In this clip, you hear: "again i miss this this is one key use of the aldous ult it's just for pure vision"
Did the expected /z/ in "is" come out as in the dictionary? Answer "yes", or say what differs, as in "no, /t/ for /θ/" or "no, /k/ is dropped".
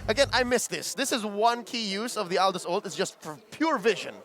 yes